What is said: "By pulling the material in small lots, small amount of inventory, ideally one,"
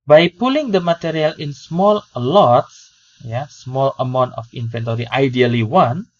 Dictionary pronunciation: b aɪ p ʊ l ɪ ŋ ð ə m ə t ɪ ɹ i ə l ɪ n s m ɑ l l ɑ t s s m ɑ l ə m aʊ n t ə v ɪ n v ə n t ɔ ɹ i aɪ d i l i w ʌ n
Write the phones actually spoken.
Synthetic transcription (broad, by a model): b aɪ p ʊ l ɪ ŋ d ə m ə t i ɹ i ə l ɪ n s m ɑ l l ɑ t s s m ɑ l ə m aʊ n t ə f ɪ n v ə n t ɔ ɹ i aɪ d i l i w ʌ n